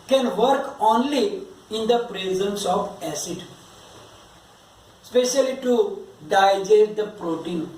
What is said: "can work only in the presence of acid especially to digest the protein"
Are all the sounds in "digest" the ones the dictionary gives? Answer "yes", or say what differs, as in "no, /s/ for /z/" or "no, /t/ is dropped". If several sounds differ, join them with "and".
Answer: no, /s/ is dropped